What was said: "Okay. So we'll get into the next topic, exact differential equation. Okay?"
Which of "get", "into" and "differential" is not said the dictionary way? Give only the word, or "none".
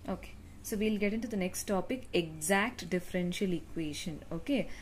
none